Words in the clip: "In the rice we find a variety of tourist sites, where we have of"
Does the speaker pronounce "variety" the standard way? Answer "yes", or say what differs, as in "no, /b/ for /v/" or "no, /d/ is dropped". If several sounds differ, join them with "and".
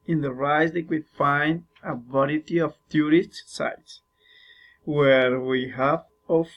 no, /b/ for /v/